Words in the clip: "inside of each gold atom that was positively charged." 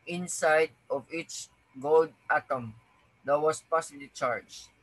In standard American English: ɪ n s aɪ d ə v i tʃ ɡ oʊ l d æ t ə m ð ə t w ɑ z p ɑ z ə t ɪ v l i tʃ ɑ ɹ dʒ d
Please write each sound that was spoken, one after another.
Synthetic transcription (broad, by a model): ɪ n s aɪ d ə v i tʃ ɡ oʊ l d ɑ t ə m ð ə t w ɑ s p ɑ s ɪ l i tʃ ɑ ɹ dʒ